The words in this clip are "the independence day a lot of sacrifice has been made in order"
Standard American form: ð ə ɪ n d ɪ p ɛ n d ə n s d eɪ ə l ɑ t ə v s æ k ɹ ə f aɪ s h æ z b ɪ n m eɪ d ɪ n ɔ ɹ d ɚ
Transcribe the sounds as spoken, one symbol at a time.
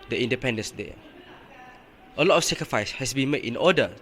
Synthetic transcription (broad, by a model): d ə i n d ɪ p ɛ n d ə n s d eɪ ə l ɑ t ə f s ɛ k ɹ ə f aɪ s h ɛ s b ɪ n m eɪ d ɪ n ɔ d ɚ